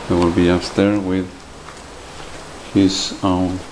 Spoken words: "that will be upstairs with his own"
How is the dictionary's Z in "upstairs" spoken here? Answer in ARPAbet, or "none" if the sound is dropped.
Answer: none